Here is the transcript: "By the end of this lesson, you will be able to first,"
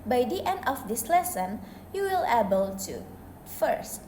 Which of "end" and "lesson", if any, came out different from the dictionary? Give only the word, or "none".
none